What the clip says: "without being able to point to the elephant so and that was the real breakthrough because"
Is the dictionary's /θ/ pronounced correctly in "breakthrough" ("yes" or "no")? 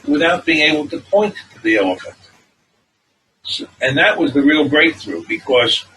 yes